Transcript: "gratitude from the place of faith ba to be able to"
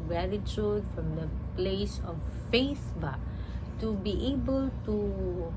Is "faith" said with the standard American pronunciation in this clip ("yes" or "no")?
no